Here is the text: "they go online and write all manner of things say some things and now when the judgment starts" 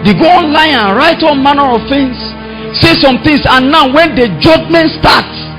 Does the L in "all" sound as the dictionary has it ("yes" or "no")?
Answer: no